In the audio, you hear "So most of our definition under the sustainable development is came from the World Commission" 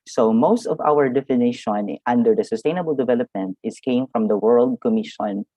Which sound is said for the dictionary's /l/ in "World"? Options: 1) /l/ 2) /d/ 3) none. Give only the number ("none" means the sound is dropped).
1